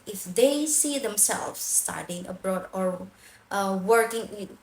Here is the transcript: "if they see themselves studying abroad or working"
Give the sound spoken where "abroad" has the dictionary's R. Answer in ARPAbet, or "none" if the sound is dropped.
R